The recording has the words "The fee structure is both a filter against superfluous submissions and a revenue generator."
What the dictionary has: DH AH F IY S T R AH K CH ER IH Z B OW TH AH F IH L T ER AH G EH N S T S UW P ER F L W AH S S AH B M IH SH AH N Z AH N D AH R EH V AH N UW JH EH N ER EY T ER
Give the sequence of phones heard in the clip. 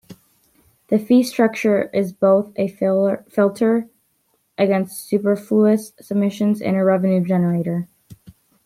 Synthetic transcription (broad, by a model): DH AH F IY S T R AH K CH ER IH Z B OW TH AH F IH L T ER AH G EH N S T S UW P ER F L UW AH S S AH B M IH SH AH N Z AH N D AH R EH V AH N UW JH EH N ER EY T ER